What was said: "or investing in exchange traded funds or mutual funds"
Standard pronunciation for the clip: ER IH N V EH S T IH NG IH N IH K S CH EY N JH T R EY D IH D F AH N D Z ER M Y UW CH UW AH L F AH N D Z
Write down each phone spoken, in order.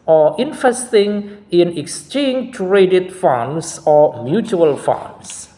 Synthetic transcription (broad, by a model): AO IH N F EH S T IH NG IH N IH K S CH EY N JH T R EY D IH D F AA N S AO M Y UW CH UW AH L F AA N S